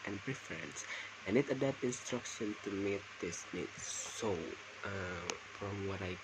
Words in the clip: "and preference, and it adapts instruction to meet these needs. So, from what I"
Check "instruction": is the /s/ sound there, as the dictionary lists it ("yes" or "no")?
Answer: yes